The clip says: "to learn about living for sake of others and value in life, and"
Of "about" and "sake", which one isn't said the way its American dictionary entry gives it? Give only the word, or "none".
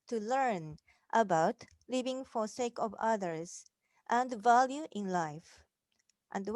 none